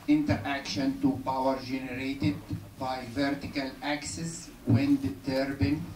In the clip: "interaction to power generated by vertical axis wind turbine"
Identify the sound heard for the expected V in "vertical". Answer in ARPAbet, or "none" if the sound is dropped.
V